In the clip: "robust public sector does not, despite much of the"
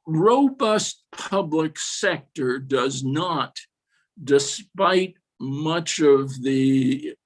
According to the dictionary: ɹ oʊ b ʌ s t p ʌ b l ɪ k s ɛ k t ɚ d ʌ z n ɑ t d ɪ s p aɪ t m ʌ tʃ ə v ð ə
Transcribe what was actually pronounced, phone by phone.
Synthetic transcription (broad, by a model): ɹ oʊ b ʌ s t p ʌ b l ɪ k s ɛ k t ɚ d ʌ z n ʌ t d ɪ s p aɪ t m ʌ tʃ ə v ð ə